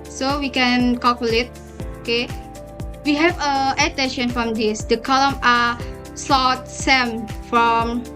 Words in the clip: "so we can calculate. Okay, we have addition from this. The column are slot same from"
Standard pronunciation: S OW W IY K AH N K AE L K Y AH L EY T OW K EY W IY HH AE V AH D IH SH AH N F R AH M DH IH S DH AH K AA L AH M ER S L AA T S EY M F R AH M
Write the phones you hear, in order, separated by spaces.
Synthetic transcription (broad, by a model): S OW W IY K AH N K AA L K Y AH L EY T OW K EY W IY HH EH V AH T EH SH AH N F R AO M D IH S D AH K AA L AH M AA S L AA T S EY M F R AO M